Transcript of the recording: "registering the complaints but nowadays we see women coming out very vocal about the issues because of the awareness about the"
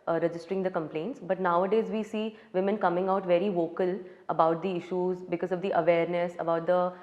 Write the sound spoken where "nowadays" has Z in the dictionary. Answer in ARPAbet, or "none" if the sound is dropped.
Z